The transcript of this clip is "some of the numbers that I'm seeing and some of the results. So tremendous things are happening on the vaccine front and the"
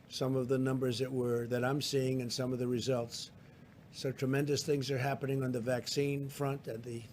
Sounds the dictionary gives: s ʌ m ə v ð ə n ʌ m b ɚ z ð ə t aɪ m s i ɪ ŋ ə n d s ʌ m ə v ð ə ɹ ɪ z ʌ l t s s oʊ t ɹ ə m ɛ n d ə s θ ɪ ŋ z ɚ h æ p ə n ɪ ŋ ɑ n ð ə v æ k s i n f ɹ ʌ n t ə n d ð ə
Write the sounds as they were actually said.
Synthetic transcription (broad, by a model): s ʌ m ə v ð ə n ʌ m b ɚ z ð ə t aɪ m s i ɪ ŋ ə n s ʌ m ə v ð ə ɹ ɪ z ʌ l t s s oʊ t ɹ ə m ɛ n d ə s θ ɪ ŋ z ɚ h æ p ə n ɪ ŋ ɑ n ð ə v æ k s i n f ɹ ʌ n t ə n ð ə